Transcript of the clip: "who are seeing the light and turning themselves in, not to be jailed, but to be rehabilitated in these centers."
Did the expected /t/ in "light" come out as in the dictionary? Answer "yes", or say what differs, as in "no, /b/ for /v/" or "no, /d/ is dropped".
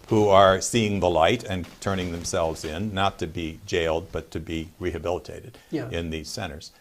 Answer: yes